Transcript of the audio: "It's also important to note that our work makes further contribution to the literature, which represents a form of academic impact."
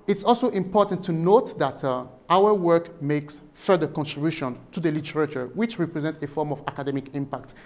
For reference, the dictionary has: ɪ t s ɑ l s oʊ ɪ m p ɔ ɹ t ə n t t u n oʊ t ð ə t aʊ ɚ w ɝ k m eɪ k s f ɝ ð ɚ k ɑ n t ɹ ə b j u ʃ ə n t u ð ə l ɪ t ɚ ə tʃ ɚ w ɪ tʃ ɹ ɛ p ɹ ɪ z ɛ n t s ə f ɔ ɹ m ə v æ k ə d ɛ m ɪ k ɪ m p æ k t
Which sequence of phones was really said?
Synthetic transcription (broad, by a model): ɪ t s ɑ l s oʊ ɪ m p ɔ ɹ t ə n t t u n oʊ t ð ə t aʊ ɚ w ɝ k m eɪ k s f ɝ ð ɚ k ɑ n t ɹ ə b j u ʃ ə n t u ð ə l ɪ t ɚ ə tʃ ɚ w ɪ tʃ ɹ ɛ p ɹ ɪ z ɛ n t ə f ɔ ɹ m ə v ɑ k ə d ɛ m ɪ k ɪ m p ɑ k t